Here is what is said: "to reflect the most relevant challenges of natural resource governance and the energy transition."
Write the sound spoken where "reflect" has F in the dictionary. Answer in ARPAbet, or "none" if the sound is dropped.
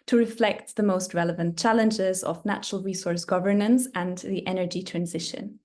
F